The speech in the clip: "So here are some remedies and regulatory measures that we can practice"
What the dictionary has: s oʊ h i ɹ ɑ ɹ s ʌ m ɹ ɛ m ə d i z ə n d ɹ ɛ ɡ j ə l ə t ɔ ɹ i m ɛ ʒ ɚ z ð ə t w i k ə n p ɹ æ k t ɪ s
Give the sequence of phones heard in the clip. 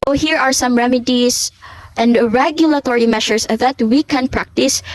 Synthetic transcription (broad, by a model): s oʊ h i ɹ ɑ ɹ s ʌ m ɹ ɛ m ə d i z ə n d ɹ ɛ ɡ j ə l ə t ɔ ɹ i m ɛ ʃ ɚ s ð ə t w i k ə n p ɹ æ k t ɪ s